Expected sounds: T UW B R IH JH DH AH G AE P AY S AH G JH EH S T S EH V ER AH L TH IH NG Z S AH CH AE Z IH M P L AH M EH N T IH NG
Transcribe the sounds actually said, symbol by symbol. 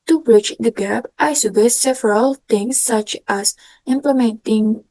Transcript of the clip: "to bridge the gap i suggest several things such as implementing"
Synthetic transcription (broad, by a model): T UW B R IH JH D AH G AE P AY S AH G EH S S EH V ER AH L T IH NG S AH CH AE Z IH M P L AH M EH N T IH NG